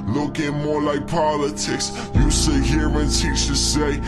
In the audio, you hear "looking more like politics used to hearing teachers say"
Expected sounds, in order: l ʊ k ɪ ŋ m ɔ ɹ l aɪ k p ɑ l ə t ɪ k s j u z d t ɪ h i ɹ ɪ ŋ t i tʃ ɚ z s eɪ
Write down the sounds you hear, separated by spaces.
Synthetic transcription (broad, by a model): l ʊ k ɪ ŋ m ɔ ɹ l aɪ k p ɑ l ə t ɪ k s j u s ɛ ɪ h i ɹ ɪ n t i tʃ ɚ s eɪ